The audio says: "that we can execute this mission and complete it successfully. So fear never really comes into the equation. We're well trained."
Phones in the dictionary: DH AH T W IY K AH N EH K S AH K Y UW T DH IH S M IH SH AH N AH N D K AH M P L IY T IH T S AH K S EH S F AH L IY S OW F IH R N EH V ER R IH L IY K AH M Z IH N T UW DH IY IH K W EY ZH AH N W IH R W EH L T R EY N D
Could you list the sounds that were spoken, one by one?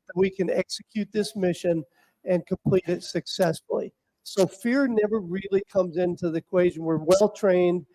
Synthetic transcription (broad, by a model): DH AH T W IY K AH N EH K S AH K Y UW T DH IH S M IH SH AH N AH N K AH M P L IY T IH T S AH K S EH S F L IY S OW F IH R N EH V ER R IH L IY K AH M Z IH N T UW DH IY IH K W EY ZH AH N W IH R W EH L T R EY N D